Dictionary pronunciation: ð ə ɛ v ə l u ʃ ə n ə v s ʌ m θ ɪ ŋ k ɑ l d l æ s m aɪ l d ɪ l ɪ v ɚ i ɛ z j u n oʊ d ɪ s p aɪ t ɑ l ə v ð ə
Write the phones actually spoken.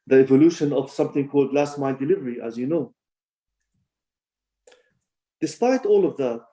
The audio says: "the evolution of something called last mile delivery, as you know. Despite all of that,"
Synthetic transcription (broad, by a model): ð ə ɛ v ə l u ʃ ə n ə v s ʌ m θ ɪ ŋ k ɑ l d l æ s m aɪ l d ɪ l ɪ v ɚ i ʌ z j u n oʊ d ɪ s p aɪ t ɑ l ə v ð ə